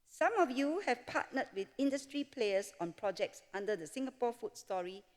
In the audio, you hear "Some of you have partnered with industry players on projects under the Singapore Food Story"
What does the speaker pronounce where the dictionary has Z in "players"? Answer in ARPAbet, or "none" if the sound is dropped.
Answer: S